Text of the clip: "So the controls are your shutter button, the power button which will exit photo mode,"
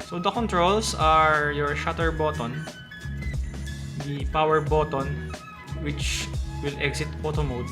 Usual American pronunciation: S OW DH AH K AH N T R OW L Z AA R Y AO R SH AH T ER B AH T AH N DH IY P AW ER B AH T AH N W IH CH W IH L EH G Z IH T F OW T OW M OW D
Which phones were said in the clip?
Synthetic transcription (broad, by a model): S OW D AH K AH N T R OW L S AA R Y AO R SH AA T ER B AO T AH N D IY P AW ER B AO T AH N W IH CH W IH L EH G S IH T P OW T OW M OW D